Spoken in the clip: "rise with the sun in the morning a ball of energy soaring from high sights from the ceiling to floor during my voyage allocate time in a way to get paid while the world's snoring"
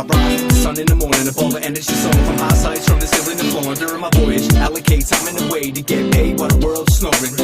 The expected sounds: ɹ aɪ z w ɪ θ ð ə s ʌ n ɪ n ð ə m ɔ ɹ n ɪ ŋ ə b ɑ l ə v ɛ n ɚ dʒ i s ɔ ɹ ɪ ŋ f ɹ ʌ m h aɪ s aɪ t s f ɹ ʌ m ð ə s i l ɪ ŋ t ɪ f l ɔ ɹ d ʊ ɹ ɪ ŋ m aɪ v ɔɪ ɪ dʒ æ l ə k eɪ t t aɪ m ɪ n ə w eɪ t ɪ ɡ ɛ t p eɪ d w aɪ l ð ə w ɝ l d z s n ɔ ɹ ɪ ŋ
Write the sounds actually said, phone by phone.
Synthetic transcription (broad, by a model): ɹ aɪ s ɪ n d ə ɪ ɪ n ð ə m ɔ ɹ n ɪ ŋ ə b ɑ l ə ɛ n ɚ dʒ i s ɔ ɪ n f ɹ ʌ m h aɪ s aɪ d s f ɹ ʌ m ð ə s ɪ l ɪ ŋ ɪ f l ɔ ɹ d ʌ ɹ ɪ m aɪ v ɔɪ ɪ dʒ æ l ə k eɪ t s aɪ m ɪ n ə w eɪ t ɪ ɡ ɛ t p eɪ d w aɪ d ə w ɝ l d s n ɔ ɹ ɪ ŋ